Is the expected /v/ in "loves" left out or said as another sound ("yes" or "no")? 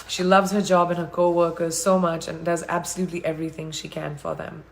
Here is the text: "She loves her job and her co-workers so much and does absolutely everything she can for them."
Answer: no